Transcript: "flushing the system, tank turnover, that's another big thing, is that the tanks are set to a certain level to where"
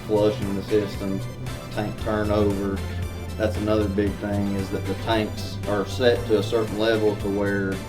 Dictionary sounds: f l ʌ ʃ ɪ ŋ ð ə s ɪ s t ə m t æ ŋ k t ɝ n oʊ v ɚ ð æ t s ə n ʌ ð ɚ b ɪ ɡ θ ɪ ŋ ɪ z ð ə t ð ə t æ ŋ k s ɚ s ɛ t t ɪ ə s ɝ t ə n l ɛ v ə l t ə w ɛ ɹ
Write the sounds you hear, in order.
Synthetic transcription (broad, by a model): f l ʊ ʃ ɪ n ð ə s ɪ s t ə m t æ ŋ k t ɝ n oʊ v ɚ ð æ t s ə n ʌ ð ɚ b ɪ ɡ θ ɪ ŋ ɪ z ð ə t ð ə t æ ŋ k s ɚ s ɛ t t ɪ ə s ɝ t n l ɛ v l t ə w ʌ ɹ